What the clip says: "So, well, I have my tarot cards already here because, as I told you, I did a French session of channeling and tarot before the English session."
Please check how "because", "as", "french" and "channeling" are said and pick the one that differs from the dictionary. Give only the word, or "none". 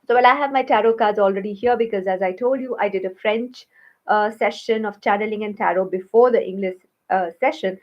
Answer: none